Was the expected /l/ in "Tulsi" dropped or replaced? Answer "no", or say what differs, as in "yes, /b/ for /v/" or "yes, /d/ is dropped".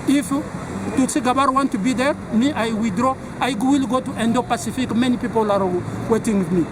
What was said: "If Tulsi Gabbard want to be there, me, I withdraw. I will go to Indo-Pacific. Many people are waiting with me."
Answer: yes, /l/ is dropped